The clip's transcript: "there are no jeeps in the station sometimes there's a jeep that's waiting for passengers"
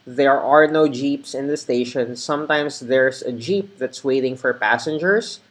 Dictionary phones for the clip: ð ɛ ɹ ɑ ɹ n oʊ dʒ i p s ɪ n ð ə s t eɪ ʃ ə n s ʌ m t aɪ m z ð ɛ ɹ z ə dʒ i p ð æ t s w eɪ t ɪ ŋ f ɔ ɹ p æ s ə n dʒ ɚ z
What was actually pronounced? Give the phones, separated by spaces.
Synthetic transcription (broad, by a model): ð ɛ ɹ ɑ ɹ n oʊ dʒ i p s ɪ n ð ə s t eɪ ʃ ə n s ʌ m t aɪ m s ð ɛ ɹ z ə dʒ i p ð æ t s w eɪ t ɪ ŋ f ɔ ɹ p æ s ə n dʒ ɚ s